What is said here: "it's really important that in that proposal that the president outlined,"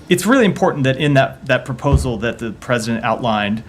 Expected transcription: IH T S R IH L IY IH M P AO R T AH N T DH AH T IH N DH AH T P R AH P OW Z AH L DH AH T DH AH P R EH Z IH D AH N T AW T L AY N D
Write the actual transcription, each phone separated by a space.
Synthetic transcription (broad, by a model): IH T S R IH L IY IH M P AO R T N DH AH T IH N DH AH T P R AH P OW Z L DH AH T DH AH P R EH Z IH D AH N T AW T L AY N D